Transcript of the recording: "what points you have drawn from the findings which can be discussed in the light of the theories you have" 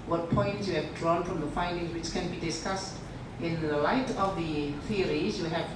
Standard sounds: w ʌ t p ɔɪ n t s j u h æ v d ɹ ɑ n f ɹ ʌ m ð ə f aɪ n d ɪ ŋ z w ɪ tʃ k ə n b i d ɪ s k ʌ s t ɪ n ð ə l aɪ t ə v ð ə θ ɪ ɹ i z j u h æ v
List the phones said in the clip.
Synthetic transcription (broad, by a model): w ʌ t p ɔɪ n t s j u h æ v d ɹ ɑ n f ɹ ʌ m ð ə f aɪ n d ɪ ŋ z w ɪ tʃ k ə n b i d ɪ s k ʌ s t ɪ n ð ə l aɪ t ə v ð ə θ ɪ ɹ i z j u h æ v